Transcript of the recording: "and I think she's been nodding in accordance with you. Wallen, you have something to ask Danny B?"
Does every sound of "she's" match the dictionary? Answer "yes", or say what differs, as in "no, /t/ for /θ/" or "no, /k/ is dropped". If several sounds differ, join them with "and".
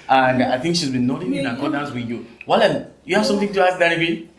yes